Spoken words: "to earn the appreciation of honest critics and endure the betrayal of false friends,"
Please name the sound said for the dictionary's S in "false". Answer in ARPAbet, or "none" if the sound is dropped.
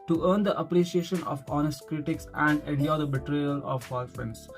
none